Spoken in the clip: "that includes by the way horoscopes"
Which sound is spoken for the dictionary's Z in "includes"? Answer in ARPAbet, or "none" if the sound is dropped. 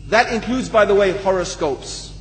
Z